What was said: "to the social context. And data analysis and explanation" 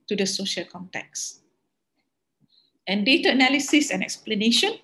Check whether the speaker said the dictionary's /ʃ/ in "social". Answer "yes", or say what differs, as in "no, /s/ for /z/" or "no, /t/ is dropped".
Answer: yes